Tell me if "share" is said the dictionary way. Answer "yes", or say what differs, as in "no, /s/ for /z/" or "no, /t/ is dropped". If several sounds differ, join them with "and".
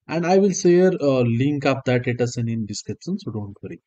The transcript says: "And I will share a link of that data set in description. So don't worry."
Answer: no, /s/ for /ʃ/